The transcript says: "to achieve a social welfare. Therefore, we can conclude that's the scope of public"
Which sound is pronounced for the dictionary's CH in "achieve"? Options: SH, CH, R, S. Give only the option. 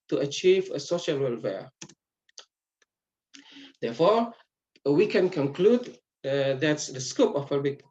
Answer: CH